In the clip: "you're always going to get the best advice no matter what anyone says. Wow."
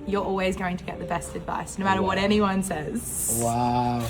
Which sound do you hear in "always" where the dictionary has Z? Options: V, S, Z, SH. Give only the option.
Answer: Z